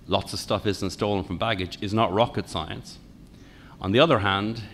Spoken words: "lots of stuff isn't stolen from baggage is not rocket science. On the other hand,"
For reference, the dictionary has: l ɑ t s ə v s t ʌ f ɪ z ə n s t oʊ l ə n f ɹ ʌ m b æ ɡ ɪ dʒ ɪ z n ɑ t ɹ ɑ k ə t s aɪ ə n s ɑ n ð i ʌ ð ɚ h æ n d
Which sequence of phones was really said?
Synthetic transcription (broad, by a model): l ɑ t s ə v s t ʌ f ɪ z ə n s t oʊ l ə n f ɹ ʌ m b æ ɡ ɪ dʒ ɪ z n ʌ t ɹ ɑ k ə t s aɪ ə n s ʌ n ð i ʌ ð ɚ h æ n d